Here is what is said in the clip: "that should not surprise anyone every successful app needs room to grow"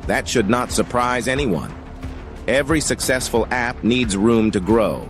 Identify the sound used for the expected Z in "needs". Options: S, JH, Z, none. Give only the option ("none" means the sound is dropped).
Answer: Z